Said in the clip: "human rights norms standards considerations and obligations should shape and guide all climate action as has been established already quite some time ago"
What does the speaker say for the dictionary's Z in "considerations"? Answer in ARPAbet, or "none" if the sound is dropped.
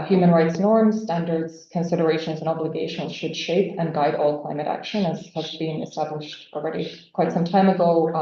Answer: Z